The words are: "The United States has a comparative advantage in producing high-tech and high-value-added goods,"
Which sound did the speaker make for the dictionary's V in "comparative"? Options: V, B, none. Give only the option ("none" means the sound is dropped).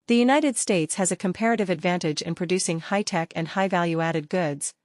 V